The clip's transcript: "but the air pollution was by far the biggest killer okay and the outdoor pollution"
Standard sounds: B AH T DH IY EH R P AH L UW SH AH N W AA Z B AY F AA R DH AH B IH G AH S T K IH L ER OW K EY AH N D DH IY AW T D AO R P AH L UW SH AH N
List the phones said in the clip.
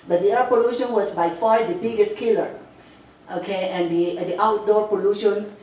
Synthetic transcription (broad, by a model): B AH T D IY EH P AH L UW SH AH N W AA S B AY F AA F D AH B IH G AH S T K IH L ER OW K EY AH N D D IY AW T D AO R P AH L UW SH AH N